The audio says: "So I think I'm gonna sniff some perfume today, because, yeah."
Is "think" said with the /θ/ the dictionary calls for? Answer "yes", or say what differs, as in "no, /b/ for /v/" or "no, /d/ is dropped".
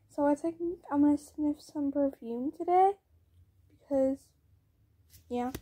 no, /s/ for /θ/